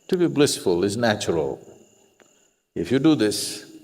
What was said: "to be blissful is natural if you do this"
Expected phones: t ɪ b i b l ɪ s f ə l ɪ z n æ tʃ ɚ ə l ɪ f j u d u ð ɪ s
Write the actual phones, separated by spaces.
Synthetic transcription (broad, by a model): t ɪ b i b l ɪ s f ə l ɪ z n æ tʃ ɚ ə l ɪ f j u d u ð ɪ s